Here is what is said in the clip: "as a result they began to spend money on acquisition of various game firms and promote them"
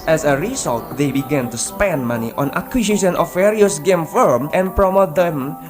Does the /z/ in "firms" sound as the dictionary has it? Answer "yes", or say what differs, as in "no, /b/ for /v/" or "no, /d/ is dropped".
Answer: no, /z/ is dropped